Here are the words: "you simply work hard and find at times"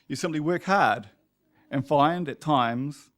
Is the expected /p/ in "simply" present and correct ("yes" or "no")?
no